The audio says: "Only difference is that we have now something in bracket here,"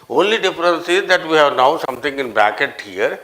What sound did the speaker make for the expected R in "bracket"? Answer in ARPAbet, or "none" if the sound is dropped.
none